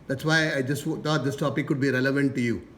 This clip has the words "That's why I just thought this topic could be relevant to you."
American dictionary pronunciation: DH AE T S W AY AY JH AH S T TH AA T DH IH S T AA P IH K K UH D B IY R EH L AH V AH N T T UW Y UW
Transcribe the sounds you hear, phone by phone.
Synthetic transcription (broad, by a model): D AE T S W AY AY JH AH S T T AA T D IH S T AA P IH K K UH D B IY R EH L AH V AH N T T UW Y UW